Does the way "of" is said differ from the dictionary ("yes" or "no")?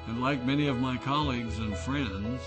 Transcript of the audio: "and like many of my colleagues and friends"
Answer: no